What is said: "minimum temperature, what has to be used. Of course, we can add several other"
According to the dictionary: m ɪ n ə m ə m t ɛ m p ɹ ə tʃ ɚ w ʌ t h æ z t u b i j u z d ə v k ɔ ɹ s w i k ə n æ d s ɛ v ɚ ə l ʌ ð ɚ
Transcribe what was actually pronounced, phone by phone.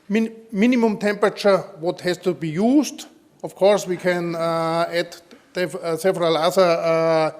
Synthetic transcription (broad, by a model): m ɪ n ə m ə m t ɛ m p ɹ ə tʃ ɚ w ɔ t h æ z t u b i j u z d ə f k ɔ ɹ s w i k ə n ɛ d s ɛ v ɚ ə l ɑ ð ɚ